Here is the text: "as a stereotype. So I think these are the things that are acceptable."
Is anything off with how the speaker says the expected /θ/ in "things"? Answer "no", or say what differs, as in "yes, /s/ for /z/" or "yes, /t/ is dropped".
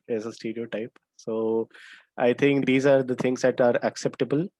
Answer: yes, /t/ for /θ/